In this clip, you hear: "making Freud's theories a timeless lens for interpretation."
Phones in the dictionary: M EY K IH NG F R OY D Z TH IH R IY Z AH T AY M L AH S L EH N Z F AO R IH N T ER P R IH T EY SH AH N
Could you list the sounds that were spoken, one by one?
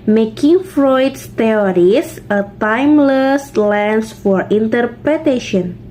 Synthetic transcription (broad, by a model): M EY K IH NG F R OY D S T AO R IY S AH T AY M L AH S L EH N S F AO R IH N T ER P R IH T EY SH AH N